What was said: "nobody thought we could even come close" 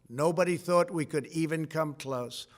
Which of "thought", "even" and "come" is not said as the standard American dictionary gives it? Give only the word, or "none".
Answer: none